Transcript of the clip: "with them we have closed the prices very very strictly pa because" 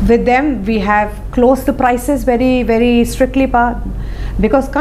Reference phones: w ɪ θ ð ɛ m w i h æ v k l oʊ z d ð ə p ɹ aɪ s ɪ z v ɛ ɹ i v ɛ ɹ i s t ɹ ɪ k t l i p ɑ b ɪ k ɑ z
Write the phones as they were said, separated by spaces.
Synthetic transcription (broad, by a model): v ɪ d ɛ m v i h æ v k l oʊ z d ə p ɹ aɪ s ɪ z v ɛ ɹ i v ɛ ɹ i s t ɹ ɪ k t l i p ɑ b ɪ k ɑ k